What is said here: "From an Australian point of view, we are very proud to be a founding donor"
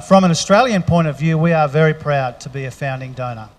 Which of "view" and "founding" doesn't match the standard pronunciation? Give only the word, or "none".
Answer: none